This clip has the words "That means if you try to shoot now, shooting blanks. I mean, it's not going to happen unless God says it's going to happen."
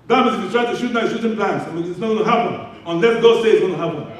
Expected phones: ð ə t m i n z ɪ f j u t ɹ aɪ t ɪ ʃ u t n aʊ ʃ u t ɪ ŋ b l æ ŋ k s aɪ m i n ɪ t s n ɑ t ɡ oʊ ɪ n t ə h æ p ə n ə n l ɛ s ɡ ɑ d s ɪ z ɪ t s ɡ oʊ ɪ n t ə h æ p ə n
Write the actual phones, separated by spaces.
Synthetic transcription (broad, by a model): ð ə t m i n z ɪ f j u t ɹ aɪ t ɪ ʃ u t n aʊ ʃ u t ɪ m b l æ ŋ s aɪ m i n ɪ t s n ɑ t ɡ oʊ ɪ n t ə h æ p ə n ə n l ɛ ɡ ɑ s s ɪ ɪ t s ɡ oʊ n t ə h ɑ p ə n